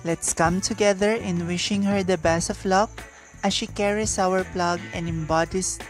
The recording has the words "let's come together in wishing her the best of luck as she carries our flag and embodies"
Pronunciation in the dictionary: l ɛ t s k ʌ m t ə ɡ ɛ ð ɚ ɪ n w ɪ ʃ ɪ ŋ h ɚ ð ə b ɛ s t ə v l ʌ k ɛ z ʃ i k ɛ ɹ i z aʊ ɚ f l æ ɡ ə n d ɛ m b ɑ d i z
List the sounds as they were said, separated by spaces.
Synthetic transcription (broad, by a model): l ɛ t s k ʌ m t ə ɡ ɛ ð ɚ ɪ n w ɪ ʃ ɪ ŋ h ɚ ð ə b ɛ s ə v l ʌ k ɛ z ʃ i k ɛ ɹ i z aʊ ɚ p l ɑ ɡ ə n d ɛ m b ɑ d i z